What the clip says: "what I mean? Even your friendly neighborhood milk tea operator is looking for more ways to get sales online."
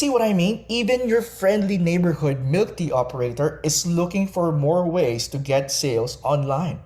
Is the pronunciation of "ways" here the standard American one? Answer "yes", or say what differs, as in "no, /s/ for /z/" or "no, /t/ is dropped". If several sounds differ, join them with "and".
no, /s/ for /z/